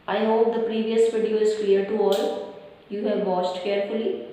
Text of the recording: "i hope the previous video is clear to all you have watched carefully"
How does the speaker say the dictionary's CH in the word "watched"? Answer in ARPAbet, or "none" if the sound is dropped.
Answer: S